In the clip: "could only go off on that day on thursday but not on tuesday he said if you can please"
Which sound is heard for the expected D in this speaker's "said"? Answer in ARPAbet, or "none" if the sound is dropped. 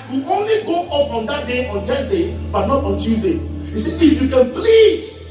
none